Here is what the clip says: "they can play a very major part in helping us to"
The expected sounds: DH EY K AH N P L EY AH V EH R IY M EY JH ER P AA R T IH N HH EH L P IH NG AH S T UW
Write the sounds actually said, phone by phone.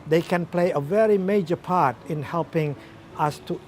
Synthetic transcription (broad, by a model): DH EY K AH N P L EY AH V EH R IY M EY JH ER P AA R T IH N HH EH L P IH NG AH S T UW